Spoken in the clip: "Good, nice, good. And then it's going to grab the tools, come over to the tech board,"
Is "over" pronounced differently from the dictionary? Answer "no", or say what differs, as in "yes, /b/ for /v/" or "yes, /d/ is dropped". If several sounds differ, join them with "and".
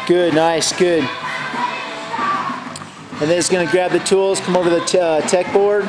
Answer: no